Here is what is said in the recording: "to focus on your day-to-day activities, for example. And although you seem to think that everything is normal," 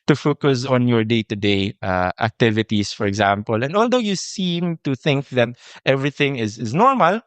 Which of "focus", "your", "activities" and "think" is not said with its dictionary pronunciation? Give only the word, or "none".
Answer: activities